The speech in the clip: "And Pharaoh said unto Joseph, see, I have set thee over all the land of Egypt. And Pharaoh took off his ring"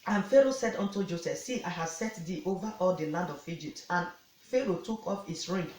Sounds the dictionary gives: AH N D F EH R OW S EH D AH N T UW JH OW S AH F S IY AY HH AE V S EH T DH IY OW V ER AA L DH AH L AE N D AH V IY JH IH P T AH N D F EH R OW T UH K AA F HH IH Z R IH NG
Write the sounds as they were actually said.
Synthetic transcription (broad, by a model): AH N F EH R OW S EH D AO N T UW JH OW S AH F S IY AY HH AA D S EH T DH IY OW V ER AA L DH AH L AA N D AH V IY JH IH P T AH N F EH R OW T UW K AA F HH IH S R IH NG